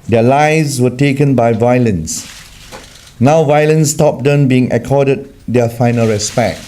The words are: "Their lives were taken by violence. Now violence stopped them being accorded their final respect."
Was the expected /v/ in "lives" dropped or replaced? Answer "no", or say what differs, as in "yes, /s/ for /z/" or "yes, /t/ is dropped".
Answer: yes, /v/ is dropped